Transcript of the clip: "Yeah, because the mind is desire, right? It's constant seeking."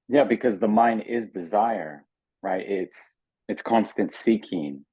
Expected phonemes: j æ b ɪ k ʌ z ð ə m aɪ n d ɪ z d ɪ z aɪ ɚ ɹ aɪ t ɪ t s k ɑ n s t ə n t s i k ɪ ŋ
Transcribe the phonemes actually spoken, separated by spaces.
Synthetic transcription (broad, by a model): j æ b ɪ k ʌ z ð ə m aɪ n d ɪ z d ɪ z aɪ ɚ ɹ aɪ t ɪ t s k ɑ n s t ə n t s i k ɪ ŋ